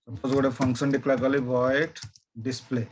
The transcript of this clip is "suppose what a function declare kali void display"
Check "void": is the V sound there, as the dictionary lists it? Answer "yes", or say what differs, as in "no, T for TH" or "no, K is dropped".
no, B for V